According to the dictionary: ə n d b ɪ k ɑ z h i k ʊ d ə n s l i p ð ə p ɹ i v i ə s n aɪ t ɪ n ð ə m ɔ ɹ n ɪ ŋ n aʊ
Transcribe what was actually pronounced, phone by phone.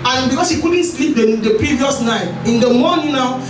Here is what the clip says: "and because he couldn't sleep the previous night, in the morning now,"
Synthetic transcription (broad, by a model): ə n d b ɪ k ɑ s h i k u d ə n s l i p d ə p ɹ i v i ə s n aɪ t ɪ n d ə m ɔ n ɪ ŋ n aʊ